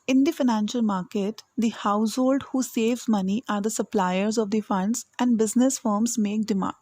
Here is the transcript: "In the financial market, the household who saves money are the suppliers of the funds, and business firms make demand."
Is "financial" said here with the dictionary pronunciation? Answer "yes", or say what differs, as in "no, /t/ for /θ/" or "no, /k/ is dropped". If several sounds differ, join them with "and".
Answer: yes